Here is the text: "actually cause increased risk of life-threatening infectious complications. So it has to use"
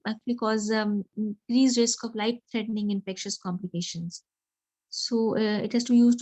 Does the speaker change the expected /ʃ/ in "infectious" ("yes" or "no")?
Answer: no